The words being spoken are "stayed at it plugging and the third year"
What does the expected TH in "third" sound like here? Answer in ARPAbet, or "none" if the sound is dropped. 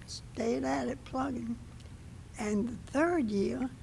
TH